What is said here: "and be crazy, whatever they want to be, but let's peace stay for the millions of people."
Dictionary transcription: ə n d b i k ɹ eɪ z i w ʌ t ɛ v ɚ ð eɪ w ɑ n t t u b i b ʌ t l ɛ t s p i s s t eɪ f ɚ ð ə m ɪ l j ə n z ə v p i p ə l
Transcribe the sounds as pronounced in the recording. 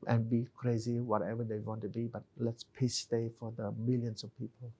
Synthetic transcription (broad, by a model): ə n b i k ɹ eɪ z i w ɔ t ɛ v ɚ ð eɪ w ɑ n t t u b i b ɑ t l ɛ t s p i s s t eɪ f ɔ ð ə m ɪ l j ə n s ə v p i p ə l